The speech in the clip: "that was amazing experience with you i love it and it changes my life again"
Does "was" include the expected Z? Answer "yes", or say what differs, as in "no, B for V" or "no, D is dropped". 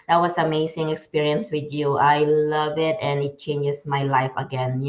no, S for Z